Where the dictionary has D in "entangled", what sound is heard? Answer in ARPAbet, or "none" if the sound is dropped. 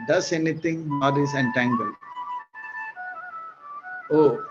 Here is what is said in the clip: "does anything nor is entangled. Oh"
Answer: none